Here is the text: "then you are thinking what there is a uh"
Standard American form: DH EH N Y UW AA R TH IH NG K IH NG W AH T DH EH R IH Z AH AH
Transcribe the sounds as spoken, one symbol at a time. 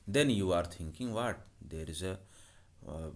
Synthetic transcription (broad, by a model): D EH N Y UW AA R T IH NG K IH NG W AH T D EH R IH Z AH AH